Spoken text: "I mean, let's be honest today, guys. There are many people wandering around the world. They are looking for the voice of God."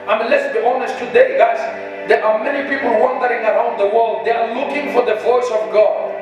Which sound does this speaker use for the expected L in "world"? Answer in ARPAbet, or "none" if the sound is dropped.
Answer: L